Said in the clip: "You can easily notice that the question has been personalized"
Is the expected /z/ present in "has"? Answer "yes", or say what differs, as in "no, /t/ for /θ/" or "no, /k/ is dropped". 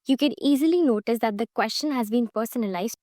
yes